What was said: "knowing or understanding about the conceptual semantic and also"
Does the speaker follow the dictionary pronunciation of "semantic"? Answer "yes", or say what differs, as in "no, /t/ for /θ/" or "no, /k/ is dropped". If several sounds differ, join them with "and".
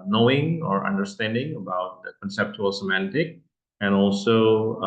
yes